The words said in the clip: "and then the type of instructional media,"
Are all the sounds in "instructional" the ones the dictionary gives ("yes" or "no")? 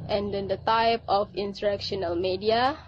no